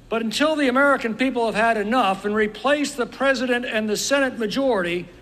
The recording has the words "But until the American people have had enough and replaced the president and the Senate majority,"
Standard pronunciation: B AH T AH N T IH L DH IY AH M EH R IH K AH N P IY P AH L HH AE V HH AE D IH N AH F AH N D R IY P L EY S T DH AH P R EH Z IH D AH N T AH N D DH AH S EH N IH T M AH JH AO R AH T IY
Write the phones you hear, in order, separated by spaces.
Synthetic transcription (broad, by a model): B AH T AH N T IH L DH IY AH M EH R IH K AH N P IY P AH L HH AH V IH D IH N AH F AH N R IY P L EY S DH AH P R EH Z IH D AH N T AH N DH AH S EH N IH T M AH JH AO R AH T IY